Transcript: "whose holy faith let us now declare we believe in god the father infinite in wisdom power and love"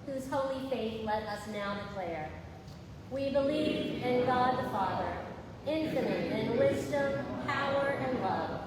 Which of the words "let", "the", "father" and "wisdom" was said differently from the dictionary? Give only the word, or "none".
none